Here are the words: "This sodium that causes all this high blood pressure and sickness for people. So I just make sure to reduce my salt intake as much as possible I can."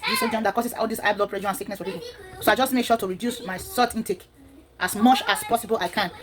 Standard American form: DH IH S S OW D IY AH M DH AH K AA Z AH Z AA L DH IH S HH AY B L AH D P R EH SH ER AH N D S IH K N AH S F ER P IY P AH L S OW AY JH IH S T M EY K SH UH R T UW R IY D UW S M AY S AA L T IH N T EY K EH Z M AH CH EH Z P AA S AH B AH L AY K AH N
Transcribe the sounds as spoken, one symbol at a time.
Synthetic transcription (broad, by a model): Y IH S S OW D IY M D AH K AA S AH S AA L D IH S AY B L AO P R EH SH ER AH N S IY K N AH S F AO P IY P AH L S OW AY JH IH S T M EY K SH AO T UW R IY D UW S M AY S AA T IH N T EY K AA S M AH CH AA S P AA S AH B AH L AY K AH N